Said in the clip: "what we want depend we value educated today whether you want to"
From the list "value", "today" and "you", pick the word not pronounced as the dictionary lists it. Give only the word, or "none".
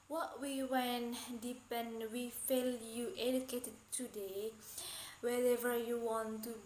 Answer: value